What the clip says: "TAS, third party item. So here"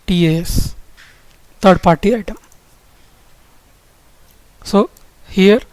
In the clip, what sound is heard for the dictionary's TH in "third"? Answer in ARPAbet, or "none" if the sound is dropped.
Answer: T